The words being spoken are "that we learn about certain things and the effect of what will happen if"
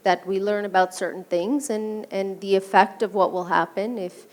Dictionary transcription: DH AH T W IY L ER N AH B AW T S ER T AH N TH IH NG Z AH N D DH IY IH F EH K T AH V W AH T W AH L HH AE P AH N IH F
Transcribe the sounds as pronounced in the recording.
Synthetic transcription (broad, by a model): DH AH T W IY L ER N AH B AW T S ER T N TH IH NG Z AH N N DH IY IH F EH K T AH V W AH T W AH L HH AE P AH N IH F